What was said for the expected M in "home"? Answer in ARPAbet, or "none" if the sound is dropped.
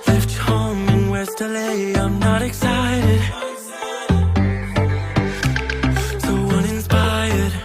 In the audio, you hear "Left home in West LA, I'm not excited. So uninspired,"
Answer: none